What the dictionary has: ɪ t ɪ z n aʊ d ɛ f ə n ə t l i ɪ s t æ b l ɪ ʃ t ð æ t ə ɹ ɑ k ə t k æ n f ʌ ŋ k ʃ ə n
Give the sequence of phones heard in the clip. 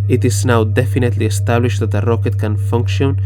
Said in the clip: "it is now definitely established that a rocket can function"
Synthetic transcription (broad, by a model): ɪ t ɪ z n aʊ d ɛ f ə n ə t l i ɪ s t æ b l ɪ ʃ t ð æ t ə ɹ ɑ k ə t k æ n f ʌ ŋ k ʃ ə n